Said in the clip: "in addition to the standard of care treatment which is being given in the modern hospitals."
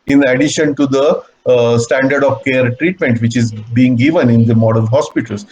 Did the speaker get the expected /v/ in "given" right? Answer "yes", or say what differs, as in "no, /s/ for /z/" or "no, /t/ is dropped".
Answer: yes